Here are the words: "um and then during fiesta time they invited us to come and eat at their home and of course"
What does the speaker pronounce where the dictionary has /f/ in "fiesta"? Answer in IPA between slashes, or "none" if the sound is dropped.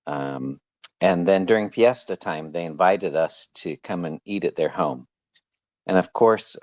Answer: /p/